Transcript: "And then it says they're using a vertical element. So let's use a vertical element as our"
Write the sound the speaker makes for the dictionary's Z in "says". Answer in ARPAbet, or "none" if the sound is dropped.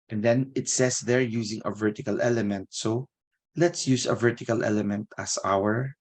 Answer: S